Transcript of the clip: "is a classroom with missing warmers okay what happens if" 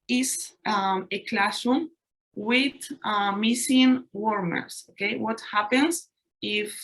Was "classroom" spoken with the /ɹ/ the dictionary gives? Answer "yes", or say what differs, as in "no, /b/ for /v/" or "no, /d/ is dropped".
no, /ɹ/ is dropped